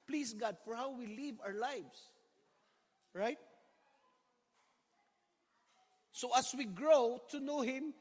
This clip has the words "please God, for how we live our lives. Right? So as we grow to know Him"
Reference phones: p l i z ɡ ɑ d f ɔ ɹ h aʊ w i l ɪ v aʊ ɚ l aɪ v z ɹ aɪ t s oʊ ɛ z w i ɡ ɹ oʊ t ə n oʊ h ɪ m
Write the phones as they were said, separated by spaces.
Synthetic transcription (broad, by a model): p l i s ɡ ɑ d f ɔ ɹ h aʊ w i l ɪ v aʊ ɚ l aɪ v s ɹ aɪ t s oʊ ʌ s w i ɡ ɹ oʊ t ə n oʊ h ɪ m